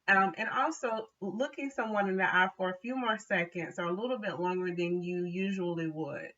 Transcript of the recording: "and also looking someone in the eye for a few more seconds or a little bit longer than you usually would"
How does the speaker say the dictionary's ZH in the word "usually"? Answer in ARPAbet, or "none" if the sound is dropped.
ZH